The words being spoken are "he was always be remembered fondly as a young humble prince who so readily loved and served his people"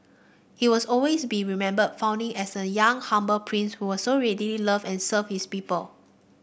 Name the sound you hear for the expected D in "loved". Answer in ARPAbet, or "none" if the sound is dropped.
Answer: none